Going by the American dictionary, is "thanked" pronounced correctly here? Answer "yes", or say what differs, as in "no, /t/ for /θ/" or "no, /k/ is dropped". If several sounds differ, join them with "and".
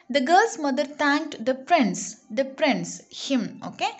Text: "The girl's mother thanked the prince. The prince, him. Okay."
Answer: no, /t/ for /θ/